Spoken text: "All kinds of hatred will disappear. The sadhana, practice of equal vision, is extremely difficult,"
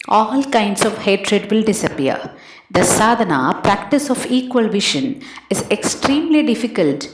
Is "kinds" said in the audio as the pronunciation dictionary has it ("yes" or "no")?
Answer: no